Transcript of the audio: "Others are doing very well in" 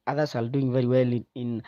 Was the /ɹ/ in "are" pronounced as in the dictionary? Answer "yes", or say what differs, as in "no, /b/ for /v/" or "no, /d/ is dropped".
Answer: no, /l/ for /ɹ/